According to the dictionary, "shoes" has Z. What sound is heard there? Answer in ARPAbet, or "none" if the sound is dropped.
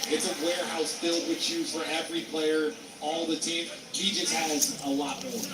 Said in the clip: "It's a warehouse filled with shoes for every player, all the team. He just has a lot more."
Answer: none